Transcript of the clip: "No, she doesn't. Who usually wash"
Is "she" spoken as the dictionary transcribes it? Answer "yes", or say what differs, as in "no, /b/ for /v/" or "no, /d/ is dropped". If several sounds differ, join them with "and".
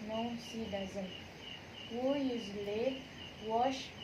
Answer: no, /s/ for /ʃ/